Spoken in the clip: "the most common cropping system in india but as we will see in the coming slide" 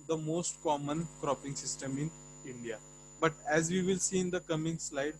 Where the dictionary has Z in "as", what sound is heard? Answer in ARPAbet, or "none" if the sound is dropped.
Z